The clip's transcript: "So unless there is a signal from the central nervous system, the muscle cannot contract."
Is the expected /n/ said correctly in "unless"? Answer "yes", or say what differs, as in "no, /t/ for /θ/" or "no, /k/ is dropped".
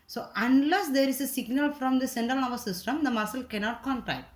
yes